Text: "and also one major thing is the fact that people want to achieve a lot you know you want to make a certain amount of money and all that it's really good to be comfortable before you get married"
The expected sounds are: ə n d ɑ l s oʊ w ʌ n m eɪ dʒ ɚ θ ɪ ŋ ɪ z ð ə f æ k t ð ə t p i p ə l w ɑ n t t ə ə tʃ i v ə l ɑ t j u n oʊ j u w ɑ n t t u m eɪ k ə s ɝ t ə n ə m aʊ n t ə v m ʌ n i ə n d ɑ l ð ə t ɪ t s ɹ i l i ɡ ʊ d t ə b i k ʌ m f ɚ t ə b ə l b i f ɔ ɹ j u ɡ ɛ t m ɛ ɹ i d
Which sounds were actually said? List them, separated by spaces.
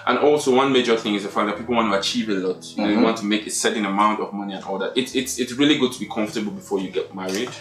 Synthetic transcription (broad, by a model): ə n ɑ l s oʊ w ʌ n m eɪ dʒ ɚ θ ɪ ŋ ɪ z ð ə f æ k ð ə t p i p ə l w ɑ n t t ə ə tʃ i v ə l ɑ t j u n oʊ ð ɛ w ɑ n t t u m eɪ k ə s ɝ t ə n ə m aʊ n t ə v m ʌ n i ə n ɑ l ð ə t ɪ t s ɹ i l i ɡ ʊ d t ə b i k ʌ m f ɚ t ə b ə l b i f ɔ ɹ j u ɡ ɛ t m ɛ ɹ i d